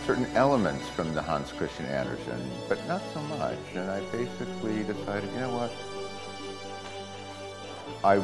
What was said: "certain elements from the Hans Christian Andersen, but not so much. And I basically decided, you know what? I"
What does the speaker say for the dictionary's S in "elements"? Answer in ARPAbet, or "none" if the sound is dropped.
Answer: S